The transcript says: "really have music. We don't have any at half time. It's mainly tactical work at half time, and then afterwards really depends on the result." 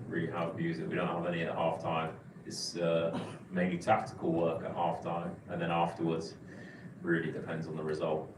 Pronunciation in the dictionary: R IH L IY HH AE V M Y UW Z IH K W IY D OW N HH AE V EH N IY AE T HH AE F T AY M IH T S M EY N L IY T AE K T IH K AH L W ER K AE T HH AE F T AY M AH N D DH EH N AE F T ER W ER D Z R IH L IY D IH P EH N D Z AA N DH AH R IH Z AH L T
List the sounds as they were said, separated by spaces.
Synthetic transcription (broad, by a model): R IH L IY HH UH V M Y UW Z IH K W IY D OW N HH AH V EH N IY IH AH HH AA F T AY M IH T S M EY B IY T AE K T IH K AH L W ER K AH T HH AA F T AY M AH N DH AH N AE F T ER W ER D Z R IH L IY D IH P EH N D Z N DH AH R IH Z AH L T